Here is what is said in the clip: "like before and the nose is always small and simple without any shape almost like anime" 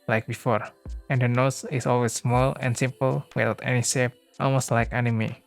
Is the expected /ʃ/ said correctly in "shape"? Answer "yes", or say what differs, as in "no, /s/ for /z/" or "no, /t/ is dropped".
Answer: no, /s/ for /ʃ/